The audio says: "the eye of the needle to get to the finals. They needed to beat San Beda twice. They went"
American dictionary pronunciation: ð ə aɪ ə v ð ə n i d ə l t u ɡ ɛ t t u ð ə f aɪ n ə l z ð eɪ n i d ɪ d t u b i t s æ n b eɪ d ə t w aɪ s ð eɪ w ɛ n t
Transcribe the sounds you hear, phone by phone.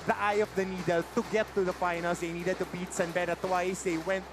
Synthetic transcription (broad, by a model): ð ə aɪ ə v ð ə n i d ə l t u ɡ ɛ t t u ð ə f aɪ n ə l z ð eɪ n i d ɪ d t u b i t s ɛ n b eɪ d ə t w aɪ s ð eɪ w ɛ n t